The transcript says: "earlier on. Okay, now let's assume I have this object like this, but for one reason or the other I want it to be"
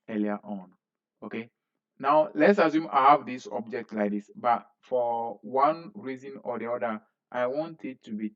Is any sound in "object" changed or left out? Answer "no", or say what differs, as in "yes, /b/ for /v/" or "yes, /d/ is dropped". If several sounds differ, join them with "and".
no